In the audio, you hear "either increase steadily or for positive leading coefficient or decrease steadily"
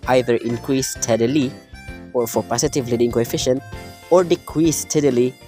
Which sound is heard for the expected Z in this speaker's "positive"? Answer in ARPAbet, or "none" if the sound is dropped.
S